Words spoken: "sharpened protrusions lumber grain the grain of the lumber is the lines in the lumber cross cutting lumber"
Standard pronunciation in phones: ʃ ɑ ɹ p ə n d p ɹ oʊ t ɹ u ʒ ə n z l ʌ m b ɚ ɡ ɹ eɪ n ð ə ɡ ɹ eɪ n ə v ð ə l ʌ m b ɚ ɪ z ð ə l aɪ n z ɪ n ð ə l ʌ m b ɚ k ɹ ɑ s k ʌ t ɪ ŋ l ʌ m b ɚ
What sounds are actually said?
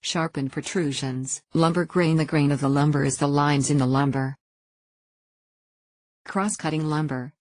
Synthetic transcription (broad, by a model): ʃ ɑ ɹ p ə n p ɹ t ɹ u ʒ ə n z l ʌ m b ɚ ɡ ɹ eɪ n ð ə ɡ ɹ eɪ n ə v ð ə l ʌ m b ɚ ɪ z ð ə l aɪ n z ɪ n ð ə l ʌ m b ɚ k ɹ ɑ s k ʌ t ɪ ŋ l ʌ m b ɚ